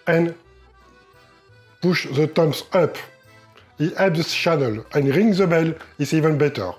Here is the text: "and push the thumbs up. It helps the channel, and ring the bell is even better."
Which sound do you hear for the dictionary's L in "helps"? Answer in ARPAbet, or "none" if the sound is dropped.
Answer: none